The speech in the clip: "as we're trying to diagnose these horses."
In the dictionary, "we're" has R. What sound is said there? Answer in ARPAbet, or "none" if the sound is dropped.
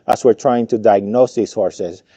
R